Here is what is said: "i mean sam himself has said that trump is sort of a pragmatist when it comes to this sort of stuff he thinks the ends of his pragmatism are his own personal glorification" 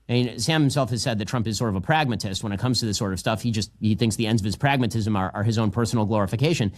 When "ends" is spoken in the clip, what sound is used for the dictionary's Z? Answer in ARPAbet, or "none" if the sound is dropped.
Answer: Z